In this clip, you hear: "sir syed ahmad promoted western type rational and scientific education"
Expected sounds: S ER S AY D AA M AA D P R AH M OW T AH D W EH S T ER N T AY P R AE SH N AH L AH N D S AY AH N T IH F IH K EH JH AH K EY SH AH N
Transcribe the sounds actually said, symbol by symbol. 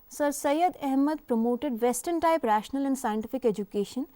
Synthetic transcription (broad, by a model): S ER S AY D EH M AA D P R AH M OW T AH D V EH S T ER N T AY P R AE SH N AH L AH N D S AY AH N T IH F IH K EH JH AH K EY SH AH N